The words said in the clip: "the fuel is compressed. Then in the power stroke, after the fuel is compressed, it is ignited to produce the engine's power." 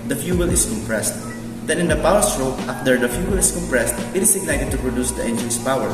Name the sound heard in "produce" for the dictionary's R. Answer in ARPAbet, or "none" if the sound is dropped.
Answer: R